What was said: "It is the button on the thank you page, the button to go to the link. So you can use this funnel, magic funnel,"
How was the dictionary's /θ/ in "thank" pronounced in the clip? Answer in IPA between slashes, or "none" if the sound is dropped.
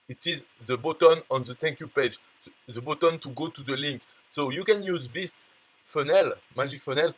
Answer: /t/